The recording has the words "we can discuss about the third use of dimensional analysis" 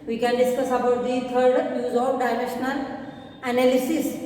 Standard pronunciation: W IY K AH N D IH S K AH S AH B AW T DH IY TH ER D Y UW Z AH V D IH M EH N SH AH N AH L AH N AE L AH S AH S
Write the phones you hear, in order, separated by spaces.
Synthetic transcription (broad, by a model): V IY K AH N D IH S K AH S AH B AW T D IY T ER D Y UW Z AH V D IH M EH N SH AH N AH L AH N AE L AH S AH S